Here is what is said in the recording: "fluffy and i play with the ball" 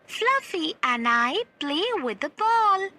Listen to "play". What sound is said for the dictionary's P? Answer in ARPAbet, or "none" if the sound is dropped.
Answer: B